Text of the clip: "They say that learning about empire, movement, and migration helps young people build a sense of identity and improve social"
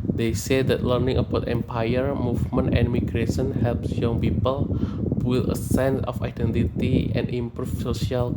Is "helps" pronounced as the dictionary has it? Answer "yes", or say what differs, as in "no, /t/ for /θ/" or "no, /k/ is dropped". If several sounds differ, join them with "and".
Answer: yes